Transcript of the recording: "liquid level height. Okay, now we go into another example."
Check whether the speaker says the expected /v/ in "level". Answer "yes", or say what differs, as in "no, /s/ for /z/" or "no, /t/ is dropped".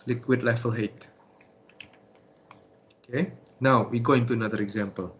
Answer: no, /f/ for /v/